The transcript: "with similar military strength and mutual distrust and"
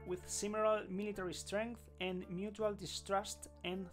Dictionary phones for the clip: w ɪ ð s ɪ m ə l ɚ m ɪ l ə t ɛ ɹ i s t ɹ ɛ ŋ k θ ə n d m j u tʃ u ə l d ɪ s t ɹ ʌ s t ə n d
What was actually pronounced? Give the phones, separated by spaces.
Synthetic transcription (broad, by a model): w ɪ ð s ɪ m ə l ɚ m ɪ l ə t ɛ ɹ i s t ɹ ɛ ŋ k θ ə n m j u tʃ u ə l d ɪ s t ɹ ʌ s t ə n